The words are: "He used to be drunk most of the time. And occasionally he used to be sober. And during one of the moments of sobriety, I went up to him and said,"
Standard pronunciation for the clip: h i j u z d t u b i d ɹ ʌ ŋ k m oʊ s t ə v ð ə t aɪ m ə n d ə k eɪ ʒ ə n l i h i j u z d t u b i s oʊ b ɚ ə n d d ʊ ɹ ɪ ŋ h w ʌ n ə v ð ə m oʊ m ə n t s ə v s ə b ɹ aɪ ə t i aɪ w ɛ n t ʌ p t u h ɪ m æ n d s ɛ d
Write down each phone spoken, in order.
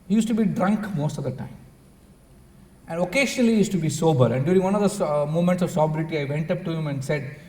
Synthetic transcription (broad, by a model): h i j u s t u b i d ɹ ʌ ŋ k m oʊ s t ə v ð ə t aɪ m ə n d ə k eɪ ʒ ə n i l i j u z t u b i s oʊ b ɚ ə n d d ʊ ɹ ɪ ŋ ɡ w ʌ n ə v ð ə m oʊ m ə n t s ə v s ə b ɹ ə t i aɪ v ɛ n t ʌ p t u h ɪ m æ n d s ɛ d